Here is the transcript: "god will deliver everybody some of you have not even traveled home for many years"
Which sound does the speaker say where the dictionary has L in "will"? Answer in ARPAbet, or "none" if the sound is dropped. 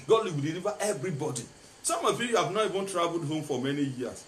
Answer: W